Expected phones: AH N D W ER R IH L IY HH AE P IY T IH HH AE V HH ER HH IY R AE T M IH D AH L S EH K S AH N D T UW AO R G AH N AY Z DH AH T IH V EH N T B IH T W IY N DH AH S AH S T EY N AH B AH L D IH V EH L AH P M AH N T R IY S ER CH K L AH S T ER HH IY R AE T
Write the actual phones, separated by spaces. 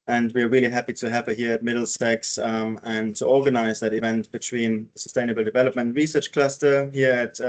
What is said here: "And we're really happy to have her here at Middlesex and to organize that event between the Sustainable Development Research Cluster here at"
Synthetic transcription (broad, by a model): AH N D W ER R IH L IY HH AE P IY T IH HH AE V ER HH IY R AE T M IH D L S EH K S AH N T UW AO R G AH N AY Z DH AH T IH V EH N T B IH T W IY N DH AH S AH S T EY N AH B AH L D IH V EH L AH P M AH N T R IY S ER CH K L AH S T ER HH IY R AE T